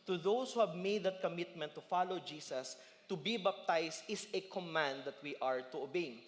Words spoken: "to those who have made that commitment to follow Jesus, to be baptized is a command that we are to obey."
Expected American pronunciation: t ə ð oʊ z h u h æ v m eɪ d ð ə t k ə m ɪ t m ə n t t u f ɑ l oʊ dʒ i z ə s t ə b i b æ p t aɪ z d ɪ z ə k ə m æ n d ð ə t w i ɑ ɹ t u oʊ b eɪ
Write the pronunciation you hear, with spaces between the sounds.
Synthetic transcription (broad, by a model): t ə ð oʊ s h u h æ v m eɪ d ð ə t k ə m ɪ t m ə n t t u f ɑ l oʊ dʒ i s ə s t ə b i b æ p t aɪ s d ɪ s ə k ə m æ n d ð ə t w i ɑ ɹ t u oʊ b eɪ